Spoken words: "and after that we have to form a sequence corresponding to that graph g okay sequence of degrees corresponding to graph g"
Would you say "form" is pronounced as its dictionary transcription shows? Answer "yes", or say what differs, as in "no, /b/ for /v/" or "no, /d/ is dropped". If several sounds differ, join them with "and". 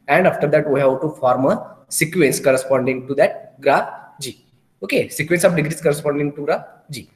yes